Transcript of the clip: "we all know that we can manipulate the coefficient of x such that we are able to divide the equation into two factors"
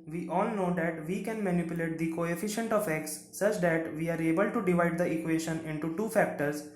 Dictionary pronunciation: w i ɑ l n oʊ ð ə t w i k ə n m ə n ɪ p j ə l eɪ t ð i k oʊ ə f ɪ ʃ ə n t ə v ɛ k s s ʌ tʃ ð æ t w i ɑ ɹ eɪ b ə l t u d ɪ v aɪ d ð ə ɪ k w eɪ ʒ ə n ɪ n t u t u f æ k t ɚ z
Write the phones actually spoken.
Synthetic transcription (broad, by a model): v i ɑ l n oʊ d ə t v i k ə n m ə n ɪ p j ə l eɪ t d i k oʊ ə f ɪ ʃ ə n t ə f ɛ k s s ʌ tʃ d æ t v i ɑ ɹ eɪ b ə l t u d ɪ v aɪ d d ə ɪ k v eɪ ʃ ə n ɪ n t u t u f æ k t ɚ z